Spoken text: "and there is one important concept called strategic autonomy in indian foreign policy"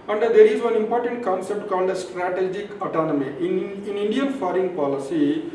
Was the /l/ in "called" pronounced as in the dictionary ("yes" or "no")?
no